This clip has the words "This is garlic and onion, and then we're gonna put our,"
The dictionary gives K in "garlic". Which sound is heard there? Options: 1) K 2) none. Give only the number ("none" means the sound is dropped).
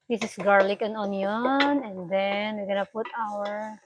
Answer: 1